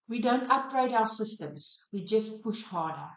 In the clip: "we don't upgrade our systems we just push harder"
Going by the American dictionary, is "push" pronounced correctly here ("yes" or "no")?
yes